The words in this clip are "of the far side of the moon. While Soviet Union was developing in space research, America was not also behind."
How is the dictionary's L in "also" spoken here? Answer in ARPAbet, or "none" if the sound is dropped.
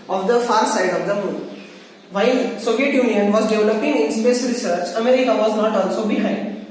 N